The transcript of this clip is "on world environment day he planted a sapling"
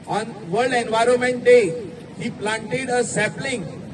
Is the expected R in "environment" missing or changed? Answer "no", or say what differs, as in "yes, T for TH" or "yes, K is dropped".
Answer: no